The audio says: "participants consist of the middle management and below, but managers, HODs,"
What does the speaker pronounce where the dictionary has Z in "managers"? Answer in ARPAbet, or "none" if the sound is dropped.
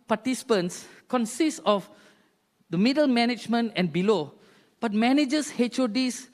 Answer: S